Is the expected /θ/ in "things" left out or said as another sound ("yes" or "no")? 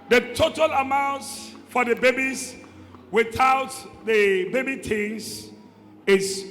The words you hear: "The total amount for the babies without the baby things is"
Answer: yes